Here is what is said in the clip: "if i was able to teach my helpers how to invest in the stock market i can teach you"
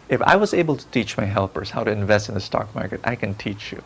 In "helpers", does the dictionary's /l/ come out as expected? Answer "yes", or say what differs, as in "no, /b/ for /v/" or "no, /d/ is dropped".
yes